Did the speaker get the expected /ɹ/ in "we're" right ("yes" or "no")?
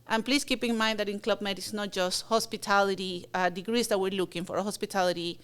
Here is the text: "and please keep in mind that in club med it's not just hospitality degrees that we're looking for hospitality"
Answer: yes